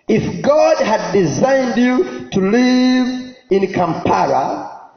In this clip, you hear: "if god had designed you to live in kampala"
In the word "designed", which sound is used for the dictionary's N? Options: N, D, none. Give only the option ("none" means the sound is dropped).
N